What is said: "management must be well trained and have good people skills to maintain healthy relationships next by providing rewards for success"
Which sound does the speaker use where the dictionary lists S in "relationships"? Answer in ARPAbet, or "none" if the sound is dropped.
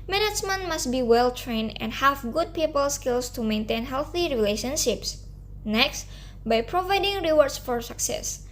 S